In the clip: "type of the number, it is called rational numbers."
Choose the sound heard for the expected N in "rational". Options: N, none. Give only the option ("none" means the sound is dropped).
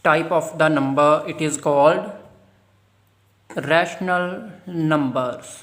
N